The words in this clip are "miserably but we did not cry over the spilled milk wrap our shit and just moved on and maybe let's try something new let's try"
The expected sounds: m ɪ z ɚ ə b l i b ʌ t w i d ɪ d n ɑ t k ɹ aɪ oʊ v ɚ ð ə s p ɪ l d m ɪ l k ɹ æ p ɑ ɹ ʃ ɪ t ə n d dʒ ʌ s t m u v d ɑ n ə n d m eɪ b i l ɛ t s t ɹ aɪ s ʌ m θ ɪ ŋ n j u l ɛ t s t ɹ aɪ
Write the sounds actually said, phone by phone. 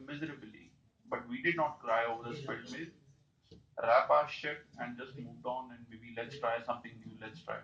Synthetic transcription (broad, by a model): m ɪ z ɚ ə b l i b ʌ t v i d ɪ d n ɑ t k ɹ aɪ oʊ v ɚ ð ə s f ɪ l m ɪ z ɹ æ p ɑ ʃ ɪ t ə n d dʒ ʌ s t m u v d ɑ n ə n d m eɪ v i l ɛ t s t ɹ aɪ s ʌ m t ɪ ŋ n j u l ɛ t s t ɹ aɪ